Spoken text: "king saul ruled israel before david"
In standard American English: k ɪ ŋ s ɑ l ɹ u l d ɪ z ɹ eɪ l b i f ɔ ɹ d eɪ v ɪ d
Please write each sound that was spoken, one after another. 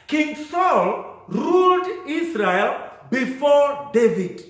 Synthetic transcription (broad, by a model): k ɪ ŋ s ɑ l ɹ u l d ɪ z ɹ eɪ l b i f ɔ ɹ d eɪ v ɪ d